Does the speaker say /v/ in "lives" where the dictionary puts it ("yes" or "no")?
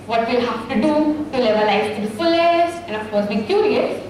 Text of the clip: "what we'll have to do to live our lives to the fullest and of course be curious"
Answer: no